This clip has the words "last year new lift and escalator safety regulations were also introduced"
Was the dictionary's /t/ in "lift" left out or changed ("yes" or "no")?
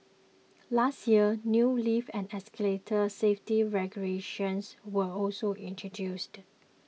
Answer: yes